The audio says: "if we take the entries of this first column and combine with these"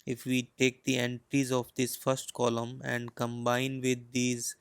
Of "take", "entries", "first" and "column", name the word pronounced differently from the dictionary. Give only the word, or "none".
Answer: none